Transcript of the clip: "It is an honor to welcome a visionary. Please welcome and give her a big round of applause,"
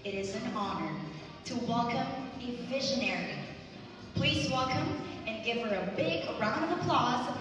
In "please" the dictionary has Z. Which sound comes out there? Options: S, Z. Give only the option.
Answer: Z